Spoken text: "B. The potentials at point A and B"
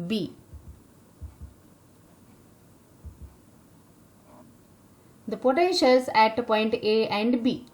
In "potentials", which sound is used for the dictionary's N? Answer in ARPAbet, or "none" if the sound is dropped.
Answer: none